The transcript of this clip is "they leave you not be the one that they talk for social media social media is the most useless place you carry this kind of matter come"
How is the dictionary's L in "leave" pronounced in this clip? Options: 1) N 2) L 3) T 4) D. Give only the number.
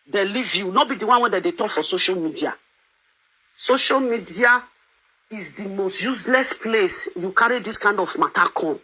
2